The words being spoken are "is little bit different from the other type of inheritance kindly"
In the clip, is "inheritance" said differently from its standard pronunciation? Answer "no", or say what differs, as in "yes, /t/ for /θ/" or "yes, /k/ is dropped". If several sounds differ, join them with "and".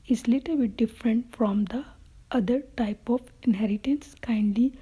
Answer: no